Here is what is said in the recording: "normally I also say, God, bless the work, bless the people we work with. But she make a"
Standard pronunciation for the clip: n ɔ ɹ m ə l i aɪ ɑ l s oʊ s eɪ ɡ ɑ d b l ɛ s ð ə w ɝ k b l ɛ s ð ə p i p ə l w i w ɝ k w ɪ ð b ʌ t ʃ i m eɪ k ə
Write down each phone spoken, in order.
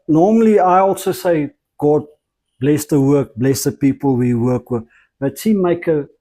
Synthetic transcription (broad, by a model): n ɔ m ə l i aɪ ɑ l s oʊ s eɪ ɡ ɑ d b l ɛ s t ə w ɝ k b l ɛ s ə p i p ə l w i w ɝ k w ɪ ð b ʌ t s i m eɪ k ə